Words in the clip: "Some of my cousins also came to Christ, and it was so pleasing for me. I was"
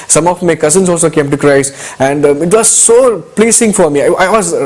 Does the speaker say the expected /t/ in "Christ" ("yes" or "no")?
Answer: no